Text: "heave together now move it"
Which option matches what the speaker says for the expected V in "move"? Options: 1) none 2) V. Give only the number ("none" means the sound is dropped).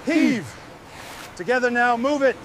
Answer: 2